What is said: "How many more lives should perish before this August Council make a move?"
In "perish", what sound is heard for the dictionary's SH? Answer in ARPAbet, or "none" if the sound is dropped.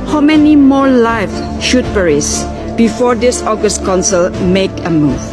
S